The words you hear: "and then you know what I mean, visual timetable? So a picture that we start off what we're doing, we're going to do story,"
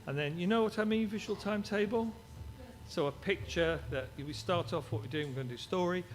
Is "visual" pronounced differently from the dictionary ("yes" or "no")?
no